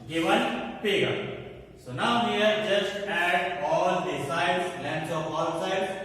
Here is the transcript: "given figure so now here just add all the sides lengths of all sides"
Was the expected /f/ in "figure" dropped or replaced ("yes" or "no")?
yes